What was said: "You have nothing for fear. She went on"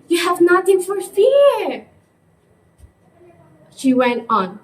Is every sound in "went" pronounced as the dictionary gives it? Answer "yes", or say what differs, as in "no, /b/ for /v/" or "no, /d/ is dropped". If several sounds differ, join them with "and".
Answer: yes